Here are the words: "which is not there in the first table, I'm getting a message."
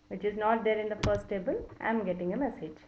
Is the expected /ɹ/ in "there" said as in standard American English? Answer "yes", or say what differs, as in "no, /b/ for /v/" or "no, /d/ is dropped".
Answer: no, /l/ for /ɹ/